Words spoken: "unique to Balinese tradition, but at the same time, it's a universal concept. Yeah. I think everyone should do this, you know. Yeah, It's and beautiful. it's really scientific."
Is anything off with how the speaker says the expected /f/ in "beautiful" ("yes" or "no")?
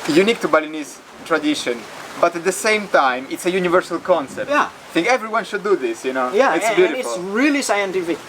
yes